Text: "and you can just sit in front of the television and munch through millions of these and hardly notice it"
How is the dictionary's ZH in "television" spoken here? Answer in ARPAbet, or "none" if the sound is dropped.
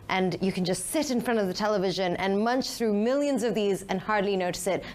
ZH